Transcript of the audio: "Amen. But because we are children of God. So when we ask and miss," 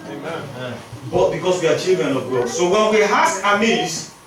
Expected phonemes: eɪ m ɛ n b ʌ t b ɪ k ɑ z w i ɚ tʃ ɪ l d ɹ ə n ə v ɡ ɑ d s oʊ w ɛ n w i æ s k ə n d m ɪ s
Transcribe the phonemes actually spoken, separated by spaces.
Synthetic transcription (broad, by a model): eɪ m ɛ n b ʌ t b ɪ k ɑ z w i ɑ tʃ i l d ɹ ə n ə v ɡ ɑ s oʊ w ɛ n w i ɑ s ə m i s